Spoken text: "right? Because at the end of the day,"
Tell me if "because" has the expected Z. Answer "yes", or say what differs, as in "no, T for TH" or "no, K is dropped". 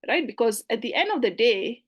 yes